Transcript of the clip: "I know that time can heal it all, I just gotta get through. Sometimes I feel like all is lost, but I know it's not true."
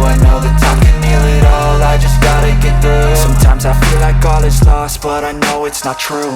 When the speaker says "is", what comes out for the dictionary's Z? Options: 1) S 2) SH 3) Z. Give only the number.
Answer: 1